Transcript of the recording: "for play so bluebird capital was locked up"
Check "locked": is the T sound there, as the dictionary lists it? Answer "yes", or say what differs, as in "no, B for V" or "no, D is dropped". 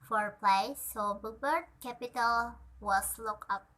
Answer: no, T is dropped